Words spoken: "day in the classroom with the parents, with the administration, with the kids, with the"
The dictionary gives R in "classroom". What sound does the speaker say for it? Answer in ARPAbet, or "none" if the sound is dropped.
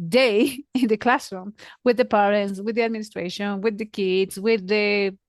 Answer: R